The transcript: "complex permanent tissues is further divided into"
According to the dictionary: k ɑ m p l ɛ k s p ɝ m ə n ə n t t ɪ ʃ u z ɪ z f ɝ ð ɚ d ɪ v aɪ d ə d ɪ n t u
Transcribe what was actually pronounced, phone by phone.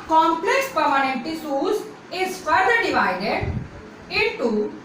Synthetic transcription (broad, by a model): k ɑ m p l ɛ k s p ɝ m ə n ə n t t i s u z ɪ z f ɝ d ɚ d ɪ v aɪ d ə d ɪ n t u